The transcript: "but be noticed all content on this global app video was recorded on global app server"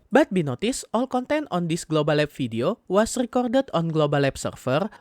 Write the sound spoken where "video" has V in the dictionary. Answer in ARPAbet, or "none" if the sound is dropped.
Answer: F